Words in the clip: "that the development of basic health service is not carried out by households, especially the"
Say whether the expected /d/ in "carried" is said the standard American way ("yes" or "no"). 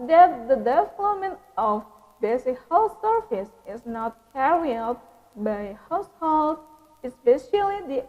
no